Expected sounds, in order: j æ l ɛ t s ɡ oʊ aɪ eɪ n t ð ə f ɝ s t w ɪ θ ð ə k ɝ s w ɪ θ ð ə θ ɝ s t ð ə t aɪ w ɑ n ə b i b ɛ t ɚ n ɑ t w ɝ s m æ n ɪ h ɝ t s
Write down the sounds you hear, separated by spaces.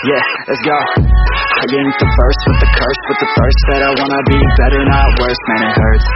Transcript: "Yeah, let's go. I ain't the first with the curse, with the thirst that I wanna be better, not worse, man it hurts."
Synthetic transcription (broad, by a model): j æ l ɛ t s ɡ oʊ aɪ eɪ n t ð ə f ɝ s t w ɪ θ ð ə k ɝ s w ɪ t ð ə f ɝ s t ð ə t aɪ w ɑ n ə b i b ɛ t ɚ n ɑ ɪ w ɝ s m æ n ɪ h ɝ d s